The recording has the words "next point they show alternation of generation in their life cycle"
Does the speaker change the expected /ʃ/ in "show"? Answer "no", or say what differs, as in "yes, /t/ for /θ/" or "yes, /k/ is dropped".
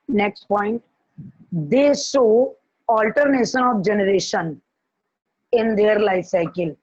yes, /s/ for /ʃ/